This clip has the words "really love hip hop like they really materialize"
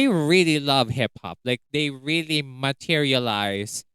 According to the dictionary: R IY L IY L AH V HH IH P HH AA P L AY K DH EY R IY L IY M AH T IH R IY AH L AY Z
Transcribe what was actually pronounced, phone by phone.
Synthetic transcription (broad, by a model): R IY L IY L AH V HH IH P HH AA P L AY K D EY R IY L IY M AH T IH R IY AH L AY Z